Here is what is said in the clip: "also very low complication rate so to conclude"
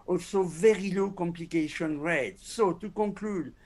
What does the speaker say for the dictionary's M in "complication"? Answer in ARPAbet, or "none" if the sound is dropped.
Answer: M